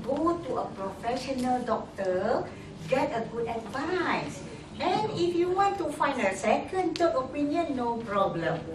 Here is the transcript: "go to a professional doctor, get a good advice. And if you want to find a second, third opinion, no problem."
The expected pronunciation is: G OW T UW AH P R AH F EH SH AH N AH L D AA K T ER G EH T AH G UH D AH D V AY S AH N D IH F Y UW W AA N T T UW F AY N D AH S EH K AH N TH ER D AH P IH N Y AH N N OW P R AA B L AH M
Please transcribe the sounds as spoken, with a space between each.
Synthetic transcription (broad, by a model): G OW T UW AH P R AH F EH SH AH N AH L D AA K T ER G EH T AH G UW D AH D V AY S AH N IH F Y UW W AA N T T UW F AY N D AH S EH K AH N T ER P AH P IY N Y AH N N OW P R AA B L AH M